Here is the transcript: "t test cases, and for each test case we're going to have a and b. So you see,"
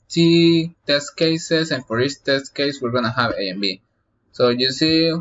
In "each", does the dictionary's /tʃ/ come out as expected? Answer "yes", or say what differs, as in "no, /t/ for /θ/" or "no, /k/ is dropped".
no, /s/ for /tʃ/